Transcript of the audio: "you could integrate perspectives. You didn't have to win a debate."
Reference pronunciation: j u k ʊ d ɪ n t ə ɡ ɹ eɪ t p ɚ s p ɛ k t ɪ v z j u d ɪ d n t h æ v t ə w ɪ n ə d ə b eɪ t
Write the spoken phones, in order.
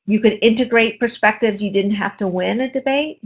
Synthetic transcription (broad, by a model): j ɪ k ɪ d ɪ n t ə ɡ ɹ eɪ t p ɚ s p ɛ k t ɪ v z j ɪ d ɪ d n t h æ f t ə w ɪ n ə d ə b eɪ t